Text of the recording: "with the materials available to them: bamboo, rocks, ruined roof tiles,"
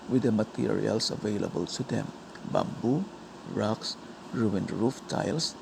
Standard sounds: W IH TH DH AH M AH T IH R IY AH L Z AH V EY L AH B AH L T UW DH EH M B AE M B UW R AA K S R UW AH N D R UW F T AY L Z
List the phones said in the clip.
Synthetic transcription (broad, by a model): W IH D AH M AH T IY R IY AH L S AH V EY L AH B AH L S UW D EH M B AE M B UW R AA K S R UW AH N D R UW F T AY L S